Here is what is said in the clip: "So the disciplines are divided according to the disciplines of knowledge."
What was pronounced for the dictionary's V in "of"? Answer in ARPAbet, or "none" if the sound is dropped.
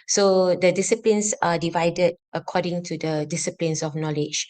F